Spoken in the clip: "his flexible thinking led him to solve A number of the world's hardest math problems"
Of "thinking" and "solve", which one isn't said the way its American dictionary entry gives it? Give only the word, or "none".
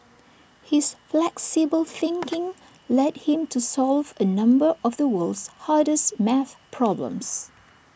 none